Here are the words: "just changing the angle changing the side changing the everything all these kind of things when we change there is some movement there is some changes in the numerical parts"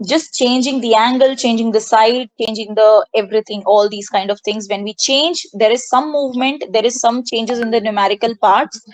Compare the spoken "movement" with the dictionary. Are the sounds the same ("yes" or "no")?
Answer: yes